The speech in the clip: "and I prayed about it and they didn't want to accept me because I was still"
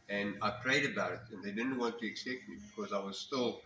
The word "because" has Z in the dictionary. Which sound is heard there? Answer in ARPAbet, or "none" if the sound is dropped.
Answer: Z